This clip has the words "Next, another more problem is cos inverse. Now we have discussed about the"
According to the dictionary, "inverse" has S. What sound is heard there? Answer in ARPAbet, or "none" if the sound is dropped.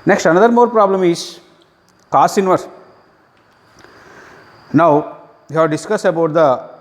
none